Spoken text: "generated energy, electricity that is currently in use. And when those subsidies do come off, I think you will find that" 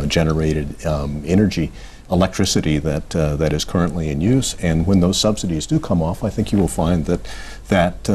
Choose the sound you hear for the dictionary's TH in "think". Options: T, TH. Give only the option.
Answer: TH